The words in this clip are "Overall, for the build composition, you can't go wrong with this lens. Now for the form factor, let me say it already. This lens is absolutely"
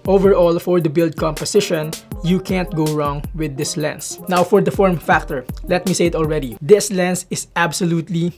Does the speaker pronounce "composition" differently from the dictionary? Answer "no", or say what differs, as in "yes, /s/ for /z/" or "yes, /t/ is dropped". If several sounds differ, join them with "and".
yes, /s/ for /z/